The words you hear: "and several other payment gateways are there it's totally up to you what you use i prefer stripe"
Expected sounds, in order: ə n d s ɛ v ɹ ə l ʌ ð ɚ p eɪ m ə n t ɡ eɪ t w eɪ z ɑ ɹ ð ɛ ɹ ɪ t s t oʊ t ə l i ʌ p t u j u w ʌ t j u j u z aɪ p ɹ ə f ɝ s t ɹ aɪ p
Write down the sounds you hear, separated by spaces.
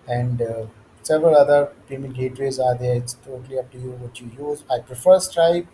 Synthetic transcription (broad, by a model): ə n d s ɛ v ɹ ə l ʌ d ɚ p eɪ m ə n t ɡ eɪ t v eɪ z ɑ ɹ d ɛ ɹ ɪ t s t oʊ t ə l i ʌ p t u j u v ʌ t j u j u z aɪ p ɹ ə f ɝ s t ɹ aɪ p